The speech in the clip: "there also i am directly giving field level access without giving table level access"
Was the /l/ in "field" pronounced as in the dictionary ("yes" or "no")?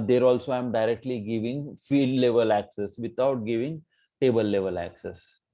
no